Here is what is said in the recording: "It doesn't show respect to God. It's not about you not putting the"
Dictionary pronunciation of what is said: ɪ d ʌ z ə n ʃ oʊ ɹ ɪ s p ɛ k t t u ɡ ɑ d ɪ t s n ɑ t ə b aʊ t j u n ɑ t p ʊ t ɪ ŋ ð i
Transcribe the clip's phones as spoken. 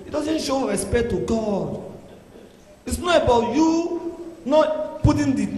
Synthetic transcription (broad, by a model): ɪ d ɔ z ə n ʃ oʊ ɹ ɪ s p ɛ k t t u ɡ ɑ d ɪ t s n ɑ t ə b aʊ t j u n ɑ t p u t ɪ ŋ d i